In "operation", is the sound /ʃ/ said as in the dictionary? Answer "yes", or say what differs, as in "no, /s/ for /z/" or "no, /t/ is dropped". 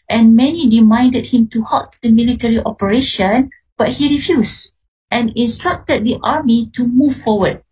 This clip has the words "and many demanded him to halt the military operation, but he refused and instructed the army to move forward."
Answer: yes